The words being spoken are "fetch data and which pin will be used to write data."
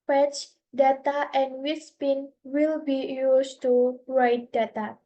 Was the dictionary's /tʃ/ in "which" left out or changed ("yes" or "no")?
yes